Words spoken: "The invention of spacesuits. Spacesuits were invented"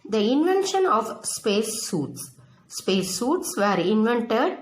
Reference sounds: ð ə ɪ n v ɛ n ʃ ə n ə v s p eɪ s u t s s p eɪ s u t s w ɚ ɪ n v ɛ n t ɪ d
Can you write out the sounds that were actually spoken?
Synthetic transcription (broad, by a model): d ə ɪ n v ɛ n ʃ ə n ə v s p eɪ s u t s s p eɪ s u t s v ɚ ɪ n v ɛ n t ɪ d